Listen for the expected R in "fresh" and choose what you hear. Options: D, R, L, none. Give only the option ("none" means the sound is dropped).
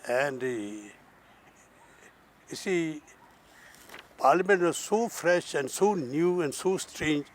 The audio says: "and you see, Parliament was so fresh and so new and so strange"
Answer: R